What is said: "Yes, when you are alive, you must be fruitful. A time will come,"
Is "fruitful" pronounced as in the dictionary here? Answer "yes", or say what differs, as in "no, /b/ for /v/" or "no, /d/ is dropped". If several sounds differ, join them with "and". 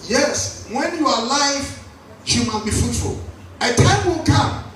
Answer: no, /ɹ/ is dropped